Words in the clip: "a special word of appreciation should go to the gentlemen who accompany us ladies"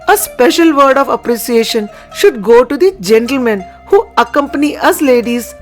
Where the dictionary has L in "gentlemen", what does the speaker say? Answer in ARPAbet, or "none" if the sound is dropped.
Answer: L